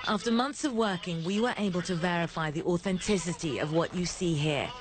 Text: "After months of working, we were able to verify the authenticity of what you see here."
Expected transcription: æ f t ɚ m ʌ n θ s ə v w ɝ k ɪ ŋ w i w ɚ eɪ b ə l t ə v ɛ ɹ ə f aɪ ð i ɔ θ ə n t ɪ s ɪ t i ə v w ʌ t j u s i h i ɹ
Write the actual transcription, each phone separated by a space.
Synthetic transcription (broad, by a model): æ f t ɚ m ʌ n θ s ə v w ɝ k ɪ ŋ w i w ɚ eɪ b ə l t ə v ɛ ɹ ə f aɪ ð i ɔ θ ə n t ɪ s ɪ t i ə v w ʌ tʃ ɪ s i h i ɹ